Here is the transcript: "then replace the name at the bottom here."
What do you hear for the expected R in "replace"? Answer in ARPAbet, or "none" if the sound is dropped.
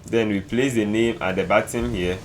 W